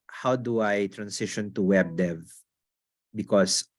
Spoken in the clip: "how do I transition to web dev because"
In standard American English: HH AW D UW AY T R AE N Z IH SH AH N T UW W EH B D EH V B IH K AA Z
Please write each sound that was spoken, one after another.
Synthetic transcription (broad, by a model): HH AW D UW AY T R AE N S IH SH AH N T UW W EH B D EH V B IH K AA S